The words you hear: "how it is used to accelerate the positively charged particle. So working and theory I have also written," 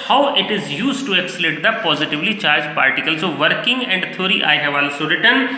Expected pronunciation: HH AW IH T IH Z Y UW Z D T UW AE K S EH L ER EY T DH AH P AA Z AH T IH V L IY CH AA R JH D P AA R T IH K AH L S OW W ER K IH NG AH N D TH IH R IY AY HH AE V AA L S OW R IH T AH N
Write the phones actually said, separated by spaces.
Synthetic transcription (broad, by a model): HH AW IH T IH Z Y UW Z T UW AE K S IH L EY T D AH P AA Z AH T IH V L IY CH AA R JH P AA R T IH K AH L S OW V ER K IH NG AH N D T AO R IY AY HH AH V AA L S OW R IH T AH N